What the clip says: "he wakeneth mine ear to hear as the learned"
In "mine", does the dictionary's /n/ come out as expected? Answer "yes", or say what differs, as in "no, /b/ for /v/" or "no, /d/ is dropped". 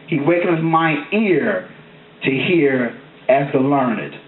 no, /n/ is dropped